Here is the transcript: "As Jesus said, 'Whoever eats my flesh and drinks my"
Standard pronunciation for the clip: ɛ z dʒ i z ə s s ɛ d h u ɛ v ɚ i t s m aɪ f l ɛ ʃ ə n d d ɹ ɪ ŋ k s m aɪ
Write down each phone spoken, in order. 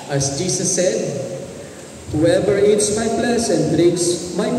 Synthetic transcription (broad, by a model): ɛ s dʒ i s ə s s ɛ d h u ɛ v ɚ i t s m aɪ p l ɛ s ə n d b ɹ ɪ k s m aɪ